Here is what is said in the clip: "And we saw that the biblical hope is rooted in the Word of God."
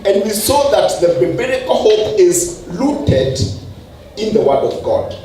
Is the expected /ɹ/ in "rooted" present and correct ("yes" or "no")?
no